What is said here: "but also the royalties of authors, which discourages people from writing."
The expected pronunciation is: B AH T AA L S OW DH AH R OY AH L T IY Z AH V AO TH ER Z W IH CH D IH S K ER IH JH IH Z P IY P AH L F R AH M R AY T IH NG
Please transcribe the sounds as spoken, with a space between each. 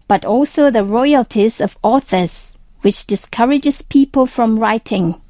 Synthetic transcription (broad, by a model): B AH T AA L S OW DH AH R OY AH L T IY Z AH V AO TH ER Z W IH CH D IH S K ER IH JH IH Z P IY P AH L F R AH M R AY T IH NG